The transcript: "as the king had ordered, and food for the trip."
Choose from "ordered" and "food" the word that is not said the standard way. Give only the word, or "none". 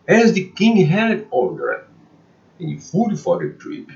ordered